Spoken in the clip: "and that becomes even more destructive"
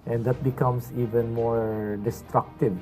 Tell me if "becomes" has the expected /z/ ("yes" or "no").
no